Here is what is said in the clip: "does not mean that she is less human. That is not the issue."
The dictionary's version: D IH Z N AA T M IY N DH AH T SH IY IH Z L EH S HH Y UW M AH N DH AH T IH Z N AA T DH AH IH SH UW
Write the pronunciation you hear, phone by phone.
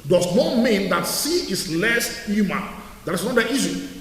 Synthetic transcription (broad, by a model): D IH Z N AA T M IY N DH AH T S IY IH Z L EH S HH Y UW M AH N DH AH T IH S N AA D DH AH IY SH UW